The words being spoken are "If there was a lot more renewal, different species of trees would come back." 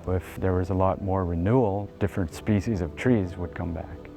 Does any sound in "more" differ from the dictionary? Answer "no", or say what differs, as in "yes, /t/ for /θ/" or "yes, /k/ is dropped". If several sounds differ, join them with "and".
no